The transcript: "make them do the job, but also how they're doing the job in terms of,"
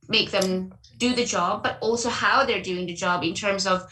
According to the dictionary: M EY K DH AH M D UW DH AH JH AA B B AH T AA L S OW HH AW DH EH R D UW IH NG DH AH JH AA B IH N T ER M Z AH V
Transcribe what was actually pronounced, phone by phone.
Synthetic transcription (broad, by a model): M EY K DH AH M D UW DH AH JH AA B B AH T AA L S OW HH AW DH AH R D UW IH NG DH AH JH AA B IH N T ER M Z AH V